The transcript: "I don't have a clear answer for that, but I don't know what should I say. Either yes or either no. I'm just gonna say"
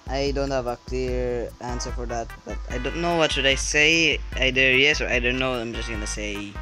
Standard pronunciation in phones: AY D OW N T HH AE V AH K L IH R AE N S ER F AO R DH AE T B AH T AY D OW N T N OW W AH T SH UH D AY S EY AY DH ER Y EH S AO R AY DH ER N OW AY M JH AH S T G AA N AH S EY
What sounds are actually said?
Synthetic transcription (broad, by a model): AY D OW N T HH AE V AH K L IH R AE N S ER F AO R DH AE T B AH T AY D OW N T N OW W AH T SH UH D AY S EY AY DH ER Y EH S AO R AY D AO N OW AY M JH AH S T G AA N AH S EY